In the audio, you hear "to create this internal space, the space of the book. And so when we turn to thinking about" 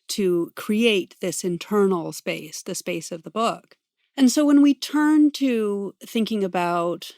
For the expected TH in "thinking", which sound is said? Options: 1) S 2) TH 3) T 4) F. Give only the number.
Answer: 2